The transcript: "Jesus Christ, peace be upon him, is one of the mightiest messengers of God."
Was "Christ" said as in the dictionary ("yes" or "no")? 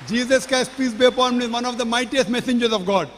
no